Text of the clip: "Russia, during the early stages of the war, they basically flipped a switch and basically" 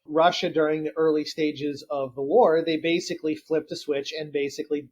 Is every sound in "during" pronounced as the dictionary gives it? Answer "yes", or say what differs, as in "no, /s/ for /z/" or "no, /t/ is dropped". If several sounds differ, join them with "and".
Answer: yes